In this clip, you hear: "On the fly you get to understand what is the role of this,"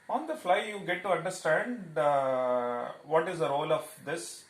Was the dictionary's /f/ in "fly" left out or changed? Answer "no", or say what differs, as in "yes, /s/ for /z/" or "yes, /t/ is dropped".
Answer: no